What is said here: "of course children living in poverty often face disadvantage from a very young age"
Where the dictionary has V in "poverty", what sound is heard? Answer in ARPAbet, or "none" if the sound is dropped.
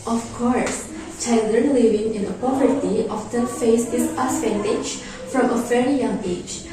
V